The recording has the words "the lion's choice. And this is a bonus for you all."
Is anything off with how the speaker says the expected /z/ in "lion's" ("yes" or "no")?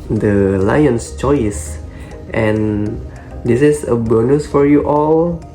yes